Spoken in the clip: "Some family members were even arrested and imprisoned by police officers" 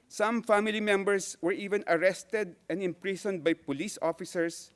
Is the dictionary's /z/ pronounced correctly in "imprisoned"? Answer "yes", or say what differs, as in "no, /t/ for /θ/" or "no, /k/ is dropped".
no, /s/ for /z/